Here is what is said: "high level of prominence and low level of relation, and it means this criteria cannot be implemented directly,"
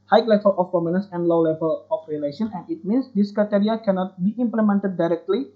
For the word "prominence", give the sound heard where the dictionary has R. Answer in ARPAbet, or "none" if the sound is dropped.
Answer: none